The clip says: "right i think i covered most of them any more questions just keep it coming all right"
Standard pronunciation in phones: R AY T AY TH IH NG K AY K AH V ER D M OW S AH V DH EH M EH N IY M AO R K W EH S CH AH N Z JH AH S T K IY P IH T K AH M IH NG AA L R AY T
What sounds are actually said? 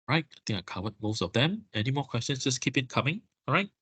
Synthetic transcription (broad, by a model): R AY T AY T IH NG AY K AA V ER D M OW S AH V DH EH M EH N IY M AO K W EH S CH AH N S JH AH S K IY P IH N K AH M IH NG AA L R AY T